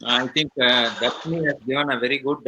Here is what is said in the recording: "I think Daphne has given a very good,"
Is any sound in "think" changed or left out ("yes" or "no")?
yes